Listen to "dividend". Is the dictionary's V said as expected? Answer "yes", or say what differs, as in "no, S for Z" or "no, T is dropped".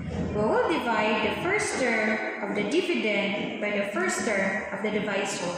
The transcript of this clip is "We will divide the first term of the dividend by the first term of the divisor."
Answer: no, P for V